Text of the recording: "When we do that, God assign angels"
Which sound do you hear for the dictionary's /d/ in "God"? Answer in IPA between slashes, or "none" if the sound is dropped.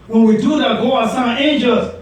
none